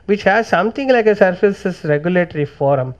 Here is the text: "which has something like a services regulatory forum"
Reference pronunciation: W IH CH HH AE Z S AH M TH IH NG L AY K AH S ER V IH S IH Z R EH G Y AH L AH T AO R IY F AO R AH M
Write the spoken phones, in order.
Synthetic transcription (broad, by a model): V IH CH HH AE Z S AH M T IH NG L AY K AH S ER F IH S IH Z R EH G Y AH L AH T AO R IY F AO R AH M